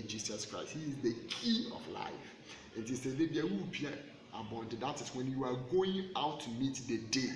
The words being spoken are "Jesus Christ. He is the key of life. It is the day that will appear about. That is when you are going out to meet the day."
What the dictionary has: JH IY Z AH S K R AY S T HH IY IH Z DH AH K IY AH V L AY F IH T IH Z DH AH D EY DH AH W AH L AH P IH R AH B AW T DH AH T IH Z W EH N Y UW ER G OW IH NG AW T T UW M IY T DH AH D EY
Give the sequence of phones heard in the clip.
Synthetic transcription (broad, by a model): JH IY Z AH S K R AY S T HH IY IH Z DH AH K IY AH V L AY F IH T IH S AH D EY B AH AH W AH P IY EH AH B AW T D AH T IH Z W EH N Y UW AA G OW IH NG AW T T UW M IY T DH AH D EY